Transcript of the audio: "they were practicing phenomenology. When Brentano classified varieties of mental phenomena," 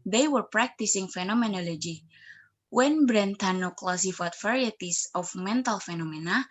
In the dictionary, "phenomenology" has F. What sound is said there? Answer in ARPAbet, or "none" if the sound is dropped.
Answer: F